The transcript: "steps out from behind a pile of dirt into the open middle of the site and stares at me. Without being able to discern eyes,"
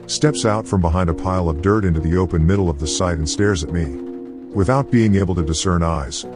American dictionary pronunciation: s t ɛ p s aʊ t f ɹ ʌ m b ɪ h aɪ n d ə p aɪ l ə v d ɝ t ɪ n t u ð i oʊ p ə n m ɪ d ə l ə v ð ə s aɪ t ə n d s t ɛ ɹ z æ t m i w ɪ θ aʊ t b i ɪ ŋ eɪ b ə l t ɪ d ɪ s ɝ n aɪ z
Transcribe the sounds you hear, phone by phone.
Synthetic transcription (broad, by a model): s t ɛ p s aʊ t f ɹ ʌ m b ɪ h aɪ n d ə p aɪ l ə v d ɝ t ɪ n t u ð i oʊ p ə n m ɪ d l ə v ð ə s aɪ t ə n s t ɛ ɹ z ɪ t m i w ɪ θ aʊ t b i ɪ ŋ eɪ b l t ɪ d ɪ s ɝ n aɪ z